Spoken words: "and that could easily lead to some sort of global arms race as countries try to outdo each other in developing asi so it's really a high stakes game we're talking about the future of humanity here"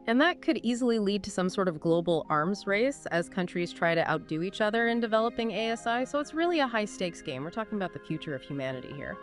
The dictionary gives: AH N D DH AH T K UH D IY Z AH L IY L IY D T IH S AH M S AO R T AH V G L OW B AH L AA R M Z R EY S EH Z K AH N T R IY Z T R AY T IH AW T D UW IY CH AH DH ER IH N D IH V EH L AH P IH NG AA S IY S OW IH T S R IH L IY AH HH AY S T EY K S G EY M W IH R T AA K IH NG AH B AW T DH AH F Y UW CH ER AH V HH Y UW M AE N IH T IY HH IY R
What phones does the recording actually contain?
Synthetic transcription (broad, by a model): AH N DH AH T K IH D IY Z L IY L IY D T IH S AH M S AO R T AH V G L OW B L AA R M Z R EY S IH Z K AH N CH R IY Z T R AY T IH AW T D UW IY CH AH DH ER IH N D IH V EH L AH P IH NG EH S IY S OW IH T S R IH L IY AH HH AY S T EY K S G EY M W IH R T AA K IH NG AH B AW T DH AH F Y UW CH ER AH V HH Y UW M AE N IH T IY HH IY R